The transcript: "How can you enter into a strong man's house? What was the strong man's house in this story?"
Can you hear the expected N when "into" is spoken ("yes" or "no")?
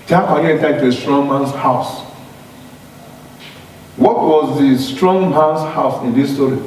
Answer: no